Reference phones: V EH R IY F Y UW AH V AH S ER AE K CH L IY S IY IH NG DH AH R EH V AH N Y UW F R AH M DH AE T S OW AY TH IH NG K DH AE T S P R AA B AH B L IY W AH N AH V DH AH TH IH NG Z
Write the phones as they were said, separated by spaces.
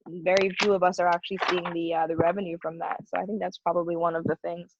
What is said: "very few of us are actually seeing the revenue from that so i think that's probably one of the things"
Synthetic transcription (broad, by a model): V EH R IY F Y UW AH V AH S ER AE K CH L IY S IY IH NG DH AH R EH V AH N Y UW F R AH M DH AE T S OW AY TH IH NG K DH AE T S P R AA B AH B L IY W AH N AH V DH AH TH IH NG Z